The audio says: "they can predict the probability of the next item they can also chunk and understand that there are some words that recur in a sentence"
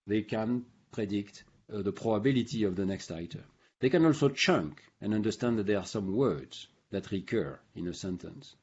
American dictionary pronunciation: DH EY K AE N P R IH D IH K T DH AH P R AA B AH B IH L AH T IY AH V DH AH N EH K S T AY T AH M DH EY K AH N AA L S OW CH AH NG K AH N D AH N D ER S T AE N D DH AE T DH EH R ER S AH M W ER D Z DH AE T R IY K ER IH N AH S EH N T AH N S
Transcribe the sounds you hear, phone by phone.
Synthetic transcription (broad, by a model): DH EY K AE N P R IH D IH K T DH AH P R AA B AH B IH L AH T IY AH V DH AH N EH K S T AY T AH M DH EY K AH N AA L S OW CH AH NG K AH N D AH N D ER S T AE N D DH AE T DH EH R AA S AH M W ER D Z DH AE T R IY K ER IH N AH S EH N T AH N S